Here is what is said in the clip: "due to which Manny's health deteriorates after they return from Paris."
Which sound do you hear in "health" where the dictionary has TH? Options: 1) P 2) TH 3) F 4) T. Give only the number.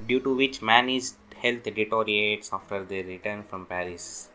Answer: 4